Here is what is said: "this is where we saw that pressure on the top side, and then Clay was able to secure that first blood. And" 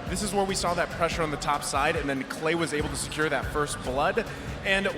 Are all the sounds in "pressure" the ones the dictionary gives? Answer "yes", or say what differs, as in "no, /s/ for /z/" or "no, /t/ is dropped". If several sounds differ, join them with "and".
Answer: yes